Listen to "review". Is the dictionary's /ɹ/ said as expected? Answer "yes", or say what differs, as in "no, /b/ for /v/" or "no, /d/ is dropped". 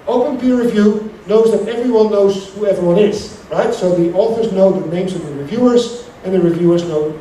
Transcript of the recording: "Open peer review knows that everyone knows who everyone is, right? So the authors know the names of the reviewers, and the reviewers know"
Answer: yes